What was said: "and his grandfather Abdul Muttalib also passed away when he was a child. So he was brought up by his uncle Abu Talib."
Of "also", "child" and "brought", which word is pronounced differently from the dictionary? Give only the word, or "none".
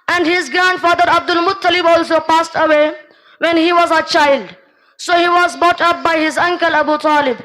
brought